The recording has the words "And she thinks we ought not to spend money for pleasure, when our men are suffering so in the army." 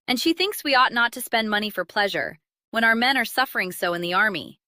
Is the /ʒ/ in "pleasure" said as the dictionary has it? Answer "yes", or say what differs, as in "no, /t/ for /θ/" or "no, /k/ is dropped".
yes